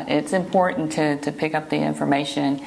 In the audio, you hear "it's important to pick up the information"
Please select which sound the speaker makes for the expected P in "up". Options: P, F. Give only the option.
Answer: P